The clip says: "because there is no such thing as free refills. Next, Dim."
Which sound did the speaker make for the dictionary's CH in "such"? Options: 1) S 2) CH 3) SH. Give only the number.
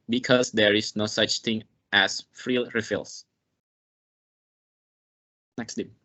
2